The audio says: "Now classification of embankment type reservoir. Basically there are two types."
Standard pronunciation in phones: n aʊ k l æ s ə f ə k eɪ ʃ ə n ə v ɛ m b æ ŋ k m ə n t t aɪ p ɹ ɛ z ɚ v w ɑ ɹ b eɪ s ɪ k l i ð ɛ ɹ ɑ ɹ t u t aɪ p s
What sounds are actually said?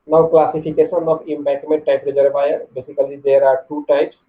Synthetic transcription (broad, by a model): n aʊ k l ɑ s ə p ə k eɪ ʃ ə n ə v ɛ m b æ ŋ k m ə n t t aɪ p ɹ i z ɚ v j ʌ ɹ b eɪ s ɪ k l i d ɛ ɹ ɑ ɹ t u t aɪ p s